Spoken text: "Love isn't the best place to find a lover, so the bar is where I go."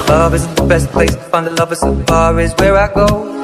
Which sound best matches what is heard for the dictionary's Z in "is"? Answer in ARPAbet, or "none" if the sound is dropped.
Z